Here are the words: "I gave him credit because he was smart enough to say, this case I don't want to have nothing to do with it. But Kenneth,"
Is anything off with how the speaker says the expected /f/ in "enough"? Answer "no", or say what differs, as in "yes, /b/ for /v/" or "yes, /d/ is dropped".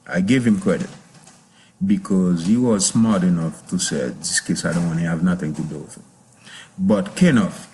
no